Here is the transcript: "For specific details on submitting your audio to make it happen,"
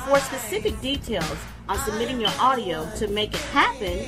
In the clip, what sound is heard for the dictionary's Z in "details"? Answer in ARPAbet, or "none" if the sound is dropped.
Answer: Z